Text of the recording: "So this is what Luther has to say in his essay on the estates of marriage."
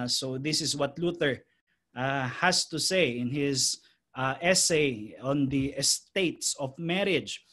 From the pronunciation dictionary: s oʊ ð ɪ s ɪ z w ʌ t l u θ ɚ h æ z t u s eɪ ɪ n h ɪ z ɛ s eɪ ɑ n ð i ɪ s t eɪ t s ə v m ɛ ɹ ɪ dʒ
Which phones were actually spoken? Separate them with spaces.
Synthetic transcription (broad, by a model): s oʊ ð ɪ s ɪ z w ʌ t l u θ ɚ h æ s t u s eɪ ɪ n h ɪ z ɛ s eɪ ɑ n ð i ɪ s t eɪ t s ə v m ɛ ɹ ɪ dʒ